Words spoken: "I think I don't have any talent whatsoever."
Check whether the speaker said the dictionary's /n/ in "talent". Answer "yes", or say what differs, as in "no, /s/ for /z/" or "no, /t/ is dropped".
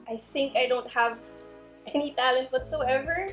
yes